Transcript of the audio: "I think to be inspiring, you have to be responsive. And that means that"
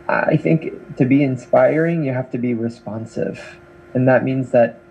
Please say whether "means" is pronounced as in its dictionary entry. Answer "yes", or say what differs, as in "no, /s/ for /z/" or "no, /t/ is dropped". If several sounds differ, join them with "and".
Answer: yes